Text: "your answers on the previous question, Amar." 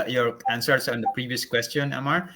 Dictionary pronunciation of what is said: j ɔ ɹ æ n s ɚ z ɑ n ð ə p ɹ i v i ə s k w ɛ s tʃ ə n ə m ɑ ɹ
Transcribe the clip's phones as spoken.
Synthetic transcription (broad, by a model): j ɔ ɹ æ n s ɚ s ɑ n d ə p ɹ i v i ə s k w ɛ s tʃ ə n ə m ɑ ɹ